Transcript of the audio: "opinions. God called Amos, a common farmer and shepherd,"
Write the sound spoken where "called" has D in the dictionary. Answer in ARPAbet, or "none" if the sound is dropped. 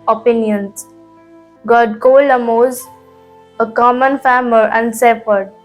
none